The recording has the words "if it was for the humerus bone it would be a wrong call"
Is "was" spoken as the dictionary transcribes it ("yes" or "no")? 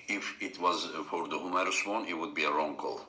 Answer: yes